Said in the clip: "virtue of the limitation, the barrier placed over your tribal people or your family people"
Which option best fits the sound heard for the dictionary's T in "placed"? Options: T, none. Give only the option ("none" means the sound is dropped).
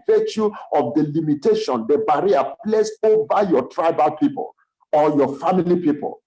none